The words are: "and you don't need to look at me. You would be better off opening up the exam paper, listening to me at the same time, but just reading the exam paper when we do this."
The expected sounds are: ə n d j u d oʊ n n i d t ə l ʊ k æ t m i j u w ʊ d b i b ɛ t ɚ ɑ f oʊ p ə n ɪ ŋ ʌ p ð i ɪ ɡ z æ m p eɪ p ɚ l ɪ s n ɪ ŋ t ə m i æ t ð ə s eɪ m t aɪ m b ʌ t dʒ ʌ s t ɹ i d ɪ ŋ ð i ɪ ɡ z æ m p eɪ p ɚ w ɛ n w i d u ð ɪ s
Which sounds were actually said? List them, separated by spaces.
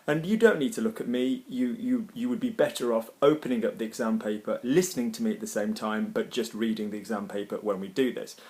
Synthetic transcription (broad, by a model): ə n j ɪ d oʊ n n i d t ə l ʊ k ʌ t m i j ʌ w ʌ d b i b ɛ t ɚ ɑ f oʊ p ə n ɪ ŋ ʌ p ð i ɪ ɡ z æ m p eɪ p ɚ l ɪ s n ɪ ŋ t ə m i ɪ t ð ə s eɪ m t aɪ m b ʌ t dʒ ʌ s t ɹ i d ɪ ŋ ð i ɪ ɡ z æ m p eɪ p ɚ w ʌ n w i d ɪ ð ɪ s